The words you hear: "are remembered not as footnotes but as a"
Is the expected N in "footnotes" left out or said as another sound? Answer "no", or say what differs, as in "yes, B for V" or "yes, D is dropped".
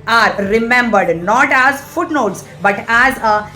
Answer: no